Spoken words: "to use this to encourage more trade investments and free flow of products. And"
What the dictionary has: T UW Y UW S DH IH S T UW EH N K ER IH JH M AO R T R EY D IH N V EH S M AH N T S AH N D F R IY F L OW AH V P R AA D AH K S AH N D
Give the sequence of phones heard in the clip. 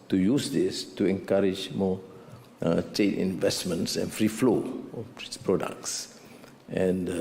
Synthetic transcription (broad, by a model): T UW Y UW S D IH S T UW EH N K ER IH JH M AO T EY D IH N V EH S M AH N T S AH N F R IY F L OW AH P R AA D AH K S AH N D